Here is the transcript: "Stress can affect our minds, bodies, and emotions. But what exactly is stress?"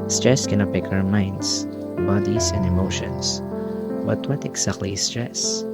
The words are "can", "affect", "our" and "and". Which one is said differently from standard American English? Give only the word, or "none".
affect